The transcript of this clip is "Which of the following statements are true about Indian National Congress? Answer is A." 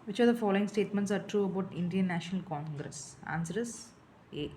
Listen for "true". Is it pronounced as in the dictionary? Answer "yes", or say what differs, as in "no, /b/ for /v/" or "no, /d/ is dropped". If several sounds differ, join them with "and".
yes